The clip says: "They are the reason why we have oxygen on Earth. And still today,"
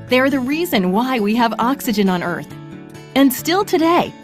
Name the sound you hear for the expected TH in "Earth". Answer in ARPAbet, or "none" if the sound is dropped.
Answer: TH